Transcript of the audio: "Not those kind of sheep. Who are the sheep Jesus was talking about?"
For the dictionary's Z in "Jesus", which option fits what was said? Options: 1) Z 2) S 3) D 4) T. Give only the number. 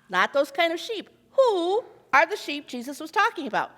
1